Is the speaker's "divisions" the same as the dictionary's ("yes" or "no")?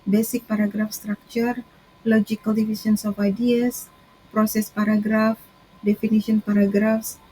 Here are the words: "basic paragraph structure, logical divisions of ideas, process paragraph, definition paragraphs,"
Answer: no